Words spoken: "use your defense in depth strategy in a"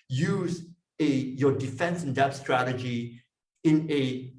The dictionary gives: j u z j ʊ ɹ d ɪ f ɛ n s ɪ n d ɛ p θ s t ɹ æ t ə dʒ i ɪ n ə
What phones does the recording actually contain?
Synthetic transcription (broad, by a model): j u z j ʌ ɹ d ɪ f ɛ n s ɪ n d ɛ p t s t ɹ æ t ə dʒ i ɪ n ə